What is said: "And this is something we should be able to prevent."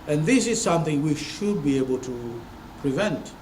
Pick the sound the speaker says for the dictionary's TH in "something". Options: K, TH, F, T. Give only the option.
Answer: TH